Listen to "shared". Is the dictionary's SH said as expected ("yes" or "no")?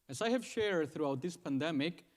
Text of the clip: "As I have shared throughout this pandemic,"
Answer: yes